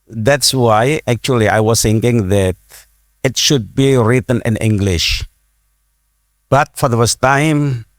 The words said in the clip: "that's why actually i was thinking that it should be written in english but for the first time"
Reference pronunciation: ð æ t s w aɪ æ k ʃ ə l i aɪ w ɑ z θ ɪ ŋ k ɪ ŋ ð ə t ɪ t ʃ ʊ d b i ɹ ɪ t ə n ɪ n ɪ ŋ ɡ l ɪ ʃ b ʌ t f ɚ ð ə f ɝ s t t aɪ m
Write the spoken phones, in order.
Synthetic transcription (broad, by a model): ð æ t s w aɪ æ k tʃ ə l i aɪ w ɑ s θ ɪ ŋ k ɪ ŋ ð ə t ɪ t ʃ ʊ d b i ɹ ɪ t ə n ɪ n ɪ ŋ ɡ l ɪ ʃ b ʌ t f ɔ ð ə f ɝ s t t aɪ m